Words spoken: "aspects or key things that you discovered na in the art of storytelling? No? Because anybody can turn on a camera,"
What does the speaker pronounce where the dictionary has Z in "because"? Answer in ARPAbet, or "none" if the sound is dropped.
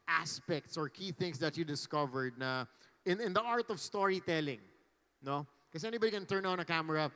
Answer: none